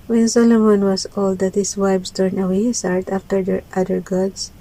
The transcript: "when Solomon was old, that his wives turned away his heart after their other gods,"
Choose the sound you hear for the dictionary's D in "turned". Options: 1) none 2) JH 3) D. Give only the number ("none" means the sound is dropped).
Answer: 1